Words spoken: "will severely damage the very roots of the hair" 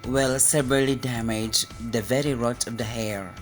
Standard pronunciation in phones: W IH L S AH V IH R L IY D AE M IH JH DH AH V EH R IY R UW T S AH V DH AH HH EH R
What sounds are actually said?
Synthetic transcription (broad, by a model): W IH L S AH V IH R L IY D AE M IH JH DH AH V EH R IY R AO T AH V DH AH HH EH R